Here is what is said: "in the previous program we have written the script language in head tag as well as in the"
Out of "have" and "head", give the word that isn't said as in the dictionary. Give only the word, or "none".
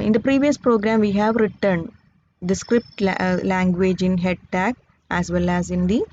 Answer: none